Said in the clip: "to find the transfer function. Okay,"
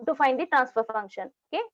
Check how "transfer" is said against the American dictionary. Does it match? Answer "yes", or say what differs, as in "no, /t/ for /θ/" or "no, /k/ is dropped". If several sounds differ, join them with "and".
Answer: yes